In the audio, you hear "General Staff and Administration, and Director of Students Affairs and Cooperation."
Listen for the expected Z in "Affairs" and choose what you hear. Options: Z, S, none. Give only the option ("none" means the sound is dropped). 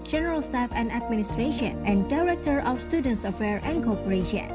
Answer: none